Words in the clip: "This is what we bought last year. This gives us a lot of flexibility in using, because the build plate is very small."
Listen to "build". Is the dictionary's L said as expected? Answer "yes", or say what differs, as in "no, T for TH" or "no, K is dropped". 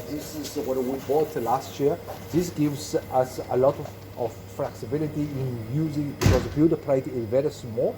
no, L is dropped